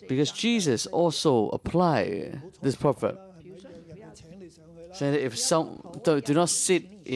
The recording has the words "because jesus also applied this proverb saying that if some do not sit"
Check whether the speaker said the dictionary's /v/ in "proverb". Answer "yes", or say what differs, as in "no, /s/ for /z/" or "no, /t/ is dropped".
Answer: no, /p/ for /v/